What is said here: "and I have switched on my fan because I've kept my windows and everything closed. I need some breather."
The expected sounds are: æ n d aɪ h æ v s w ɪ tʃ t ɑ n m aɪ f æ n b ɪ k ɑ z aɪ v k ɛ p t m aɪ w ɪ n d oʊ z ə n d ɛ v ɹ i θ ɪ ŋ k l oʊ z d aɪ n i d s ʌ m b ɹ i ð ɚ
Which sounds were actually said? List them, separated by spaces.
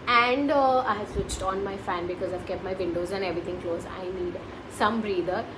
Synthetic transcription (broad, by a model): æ n d aɪ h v s w ɪ tʃ t ɑ n m aɪ f æ n b ɪ k ɑ z aɪ v k ɛ p t m aɪ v ɪ n d oʊ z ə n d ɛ v ɹ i t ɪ ŋ k l oʊ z aɪ n i d s ʌ m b ɹ i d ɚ